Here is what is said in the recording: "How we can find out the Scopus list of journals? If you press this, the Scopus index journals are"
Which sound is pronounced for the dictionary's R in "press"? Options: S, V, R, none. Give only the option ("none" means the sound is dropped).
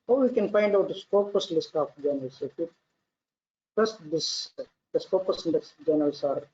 none